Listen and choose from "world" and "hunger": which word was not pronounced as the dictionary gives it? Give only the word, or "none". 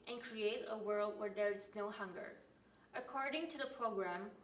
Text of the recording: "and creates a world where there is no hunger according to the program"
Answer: none